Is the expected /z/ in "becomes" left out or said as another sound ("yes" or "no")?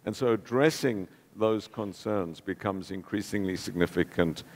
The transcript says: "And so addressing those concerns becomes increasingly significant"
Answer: no